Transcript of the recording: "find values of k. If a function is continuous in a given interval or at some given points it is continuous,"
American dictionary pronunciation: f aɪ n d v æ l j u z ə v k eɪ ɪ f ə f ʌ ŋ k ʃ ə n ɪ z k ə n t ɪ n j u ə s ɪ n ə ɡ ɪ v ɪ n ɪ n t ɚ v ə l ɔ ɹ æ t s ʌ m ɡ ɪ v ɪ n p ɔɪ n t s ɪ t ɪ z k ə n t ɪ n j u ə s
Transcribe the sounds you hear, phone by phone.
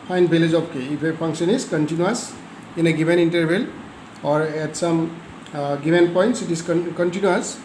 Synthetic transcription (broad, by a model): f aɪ n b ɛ l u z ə p k eɪ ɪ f ə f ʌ ŋ k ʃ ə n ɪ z k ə n t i n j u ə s ɪ n ə ɡ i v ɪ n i n t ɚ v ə l ɔ ɹ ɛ t s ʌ m ɡ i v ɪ n p ɔɪ n t s ɪ t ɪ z k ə n t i n j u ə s